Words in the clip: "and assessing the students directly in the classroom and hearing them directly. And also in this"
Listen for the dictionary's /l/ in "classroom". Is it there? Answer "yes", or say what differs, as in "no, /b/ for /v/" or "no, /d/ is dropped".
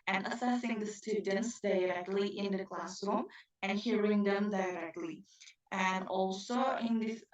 yes